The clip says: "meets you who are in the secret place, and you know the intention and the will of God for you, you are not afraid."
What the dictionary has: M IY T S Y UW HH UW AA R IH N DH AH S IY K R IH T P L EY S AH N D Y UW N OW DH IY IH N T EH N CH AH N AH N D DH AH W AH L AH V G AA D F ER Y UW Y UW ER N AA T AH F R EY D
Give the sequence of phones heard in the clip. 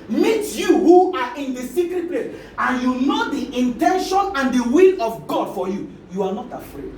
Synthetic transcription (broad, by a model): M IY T Y UW HH UW AA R IH N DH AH S IY K R IH T P L EY S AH N Y UW N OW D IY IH N T EH N SH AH N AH N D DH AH W AH L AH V G AA D F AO Y UW Y UW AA N AA T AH F R EY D